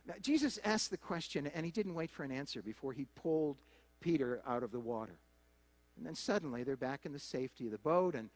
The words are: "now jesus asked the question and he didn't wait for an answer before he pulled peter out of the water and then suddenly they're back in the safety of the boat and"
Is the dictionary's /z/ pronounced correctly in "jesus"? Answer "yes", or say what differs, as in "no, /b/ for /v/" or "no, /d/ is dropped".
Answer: yes